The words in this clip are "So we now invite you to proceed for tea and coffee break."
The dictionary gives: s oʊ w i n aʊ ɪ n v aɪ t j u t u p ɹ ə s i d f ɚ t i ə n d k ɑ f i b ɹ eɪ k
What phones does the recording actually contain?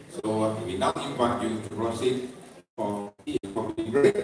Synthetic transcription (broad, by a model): s oʊ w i n aʊ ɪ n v aɪ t j u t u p ɹ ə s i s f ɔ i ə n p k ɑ p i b ɹ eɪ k